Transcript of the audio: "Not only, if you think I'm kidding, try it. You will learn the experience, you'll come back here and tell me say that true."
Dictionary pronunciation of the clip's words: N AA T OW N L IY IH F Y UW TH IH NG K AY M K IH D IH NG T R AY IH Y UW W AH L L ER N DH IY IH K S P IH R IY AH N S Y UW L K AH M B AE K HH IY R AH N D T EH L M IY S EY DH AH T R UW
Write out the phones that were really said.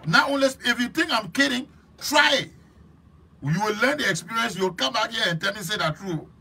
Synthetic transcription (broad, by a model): N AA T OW N L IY IH F Y UW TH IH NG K AY M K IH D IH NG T R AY IH Y UW W AH L L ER N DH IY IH K S P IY R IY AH N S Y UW W K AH M B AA K HH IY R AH N T EH L M IY S EY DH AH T R UW